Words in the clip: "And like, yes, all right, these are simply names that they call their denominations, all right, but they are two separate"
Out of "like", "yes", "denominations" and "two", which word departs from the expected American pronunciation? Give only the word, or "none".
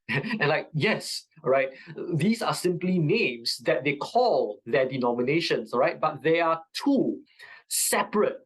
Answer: denominations